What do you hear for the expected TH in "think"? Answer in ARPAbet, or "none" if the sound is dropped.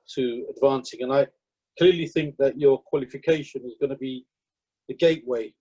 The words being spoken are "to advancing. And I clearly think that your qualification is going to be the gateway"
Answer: TH